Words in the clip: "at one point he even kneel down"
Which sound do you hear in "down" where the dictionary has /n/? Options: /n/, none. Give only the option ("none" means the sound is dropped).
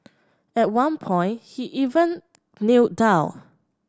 none